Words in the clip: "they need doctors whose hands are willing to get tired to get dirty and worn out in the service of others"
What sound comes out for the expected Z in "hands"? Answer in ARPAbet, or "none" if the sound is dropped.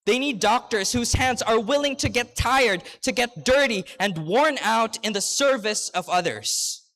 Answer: Z